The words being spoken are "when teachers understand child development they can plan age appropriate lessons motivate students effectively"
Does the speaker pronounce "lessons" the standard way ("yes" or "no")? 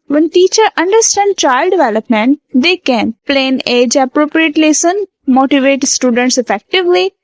no